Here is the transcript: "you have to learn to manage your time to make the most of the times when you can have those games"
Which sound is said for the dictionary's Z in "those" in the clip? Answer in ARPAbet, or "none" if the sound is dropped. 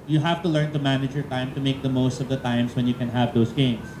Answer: S